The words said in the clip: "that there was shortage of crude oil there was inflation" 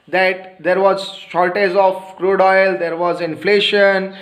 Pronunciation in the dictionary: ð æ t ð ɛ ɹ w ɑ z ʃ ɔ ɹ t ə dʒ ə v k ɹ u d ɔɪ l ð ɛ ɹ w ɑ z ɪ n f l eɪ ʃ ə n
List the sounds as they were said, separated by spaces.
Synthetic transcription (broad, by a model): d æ t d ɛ ɹ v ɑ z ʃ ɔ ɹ t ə z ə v k ɹ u d ɔɪ l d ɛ ɹ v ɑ z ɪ n f l eɪ ʃ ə n